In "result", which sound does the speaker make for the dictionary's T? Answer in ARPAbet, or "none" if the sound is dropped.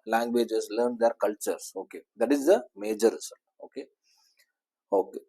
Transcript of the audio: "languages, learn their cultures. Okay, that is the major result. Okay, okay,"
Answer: none